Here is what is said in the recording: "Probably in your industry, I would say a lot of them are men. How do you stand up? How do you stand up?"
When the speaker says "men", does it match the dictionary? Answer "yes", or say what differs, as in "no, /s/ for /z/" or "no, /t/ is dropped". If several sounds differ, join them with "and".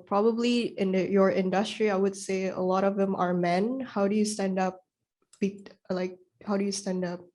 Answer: yes